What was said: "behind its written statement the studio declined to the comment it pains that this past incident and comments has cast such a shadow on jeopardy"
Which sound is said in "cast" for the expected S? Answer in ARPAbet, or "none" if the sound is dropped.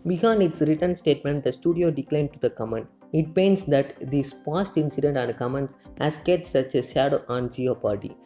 none